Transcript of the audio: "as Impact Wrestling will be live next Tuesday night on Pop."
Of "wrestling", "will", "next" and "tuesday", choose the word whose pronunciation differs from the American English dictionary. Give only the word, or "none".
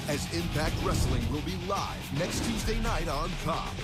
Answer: none